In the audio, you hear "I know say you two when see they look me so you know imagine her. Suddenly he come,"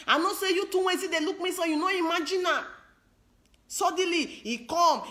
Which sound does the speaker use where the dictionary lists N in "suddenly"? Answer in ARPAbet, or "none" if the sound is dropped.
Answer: none